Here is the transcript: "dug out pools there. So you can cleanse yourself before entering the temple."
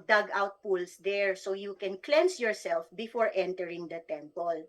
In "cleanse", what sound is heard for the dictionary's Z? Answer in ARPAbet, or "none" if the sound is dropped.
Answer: S